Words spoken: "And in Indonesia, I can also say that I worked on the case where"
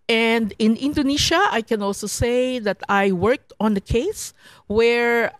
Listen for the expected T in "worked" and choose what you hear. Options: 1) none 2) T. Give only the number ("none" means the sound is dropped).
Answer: 2